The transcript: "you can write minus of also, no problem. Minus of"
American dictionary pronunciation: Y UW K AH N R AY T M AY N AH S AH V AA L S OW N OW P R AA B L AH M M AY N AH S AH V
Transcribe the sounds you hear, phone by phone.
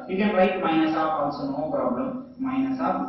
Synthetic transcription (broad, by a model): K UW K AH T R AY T M AY N AH S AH F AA N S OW N OW P R AA B L AH M M AY N AH S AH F